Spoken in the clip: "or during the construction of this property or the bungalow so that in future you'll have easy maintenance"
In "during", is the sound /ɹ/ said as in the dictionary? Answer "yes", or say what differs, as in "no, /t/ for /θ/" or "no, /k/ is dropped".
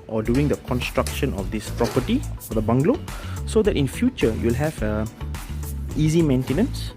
no, /ɹ/ is dropped